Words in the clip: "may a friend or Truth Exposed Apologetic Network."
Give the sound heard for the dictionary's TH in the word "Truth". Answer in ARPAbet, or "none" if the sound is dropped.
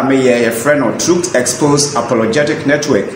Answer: S